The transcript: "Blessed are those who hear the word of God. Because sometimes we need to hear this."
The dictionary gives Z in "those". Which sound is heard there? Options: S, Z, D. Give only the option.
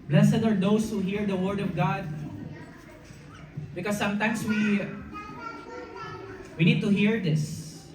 S